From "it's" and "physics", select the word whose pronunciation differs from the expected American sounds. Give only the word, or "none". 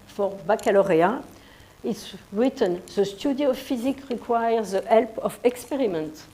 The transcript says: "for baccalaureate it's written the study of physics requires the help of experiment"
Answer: physics